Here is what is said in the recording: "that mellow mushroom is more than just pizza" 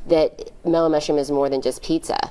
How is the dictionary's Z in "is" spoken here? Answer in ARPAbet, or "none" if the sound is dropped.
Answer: Z